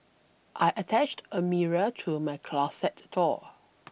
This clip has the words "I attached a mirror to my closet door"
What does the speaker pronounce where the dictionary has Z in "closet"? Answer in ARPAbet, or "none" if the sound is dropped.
S